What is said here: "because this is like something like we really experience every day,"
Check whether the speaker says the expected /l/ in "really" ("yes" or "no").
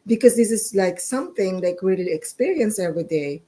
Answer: no